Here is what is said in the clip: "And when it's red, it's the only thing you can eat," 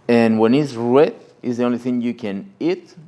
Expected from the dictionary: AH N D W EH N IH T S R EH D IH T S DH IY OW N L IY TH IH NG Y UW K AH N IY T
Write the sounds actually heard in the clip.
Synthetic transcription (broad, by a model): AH N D W EH N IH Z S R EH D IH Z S DH IY OW N L IY TH IH NG Y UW K AH N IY T